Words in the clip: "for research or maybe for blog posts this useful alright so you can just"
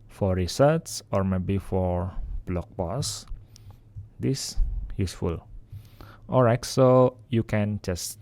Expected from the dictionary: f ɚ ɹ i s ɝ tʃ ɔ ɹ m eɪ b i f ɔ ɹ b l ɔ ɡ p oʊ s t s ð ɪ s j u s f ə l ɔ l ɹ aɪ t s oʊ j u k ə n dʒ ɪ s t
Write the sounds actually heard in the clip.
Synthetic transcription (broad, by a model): f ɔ ɹ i s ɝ s ɔ ɹ m eɪ b i f ɔ ɹ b l ɔ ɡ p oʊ s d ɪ s j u s f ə l ɔ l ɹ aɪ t s oʊ j u k ə n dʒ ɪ s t